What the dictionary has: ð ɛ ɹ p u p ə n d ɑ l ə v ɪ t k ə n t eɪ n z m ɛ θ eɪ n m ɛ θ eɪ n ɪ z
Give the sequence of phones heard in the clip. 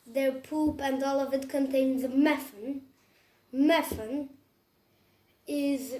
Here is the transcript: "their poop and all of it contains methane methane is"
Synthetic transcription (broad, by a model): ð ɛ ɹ p u p ə n d ɑ l ə v ɪ t k ə n t eɪ n z m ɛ f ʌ n m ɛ f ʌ n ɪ z